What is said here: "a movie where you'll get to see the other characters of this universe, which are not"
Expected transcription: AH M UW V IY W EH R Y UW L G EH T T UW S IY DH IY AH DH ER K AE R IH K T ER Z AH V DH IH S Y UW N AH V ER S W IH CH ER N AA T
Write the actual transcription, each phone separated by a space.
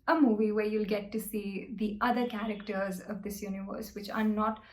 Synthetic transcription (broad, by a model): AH M UW V IY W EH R Y UW L G EH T T UW S IY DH IY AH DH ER K AE R IH K T ER Z AH V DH IH S Y UW N AH V ER S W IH CH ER N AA T